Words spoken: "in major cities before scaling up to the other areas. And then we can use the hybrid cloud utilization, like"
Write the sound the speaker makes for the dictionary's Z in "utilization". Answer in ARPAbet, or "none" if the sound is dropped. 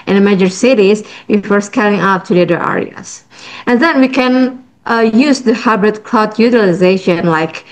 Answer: Z